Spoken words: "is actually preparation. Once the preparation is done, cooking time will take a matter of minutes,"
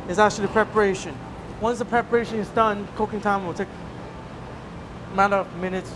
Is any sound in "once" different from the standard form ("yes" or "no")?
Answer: no